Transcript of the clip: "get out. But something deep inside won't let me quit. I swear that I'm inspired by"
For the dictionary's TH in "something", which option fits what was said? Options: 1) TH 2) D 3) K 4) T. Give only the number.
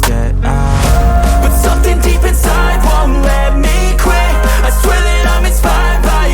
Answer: 1